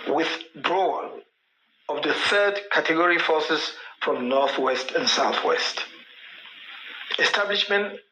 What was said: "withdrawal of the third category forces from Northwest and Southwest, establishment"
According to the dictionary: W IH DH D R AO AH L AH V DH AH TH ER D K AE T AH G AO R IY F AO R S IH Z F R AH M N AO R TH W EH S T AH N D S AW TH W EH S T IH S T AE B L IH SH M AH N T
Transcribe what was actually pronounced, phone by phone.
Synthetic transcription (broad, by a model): W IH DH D R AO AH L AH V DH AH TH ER D K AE T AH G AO R IY F AO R S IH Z F R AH M N AO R TH W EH S T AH N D S AW TH W EH S T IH S T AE B L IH SH M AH N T